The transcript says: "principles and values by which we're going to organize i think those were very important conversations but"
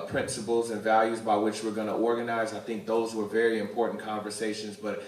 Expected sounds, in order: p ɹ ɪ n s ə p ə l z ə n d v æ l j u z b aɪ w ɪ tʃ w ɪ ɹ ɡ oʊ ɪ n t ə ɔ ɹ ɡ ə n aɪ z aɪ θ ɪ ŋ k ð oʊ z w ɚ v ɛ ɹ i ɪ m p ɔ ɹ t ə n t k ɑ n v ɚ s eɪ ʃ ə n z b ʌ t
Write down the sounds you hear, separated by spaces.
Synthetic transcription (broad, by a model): p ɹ ɪ n s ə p l z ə n v æ l j u z b aɪ w ɪ tʃ w ɪ ɹ ɡ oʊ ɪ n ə ɔ ɹ ɡ ə n aɪ z aɪ θ ɪ ŋ k ð oʊ z w ɚ v ɛ ɹ i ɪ m p ɔ ɹ t n k ɑ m v ɚ s eɪ ʃ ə n z b ʌ t